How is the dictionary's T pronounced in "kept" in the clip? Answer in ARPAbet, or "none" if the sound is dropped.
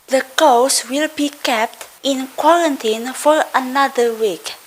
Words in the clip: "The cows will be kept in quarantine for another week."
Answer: T